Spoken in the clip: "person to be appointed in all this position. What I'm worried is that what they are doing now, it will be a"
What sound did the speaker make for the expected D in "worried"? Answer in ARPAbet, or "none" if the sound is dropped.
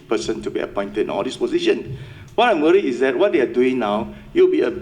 none